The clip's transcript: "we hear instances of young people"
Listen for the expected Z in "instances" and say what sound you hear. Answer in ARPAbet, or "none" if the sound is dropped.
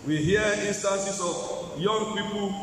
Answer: S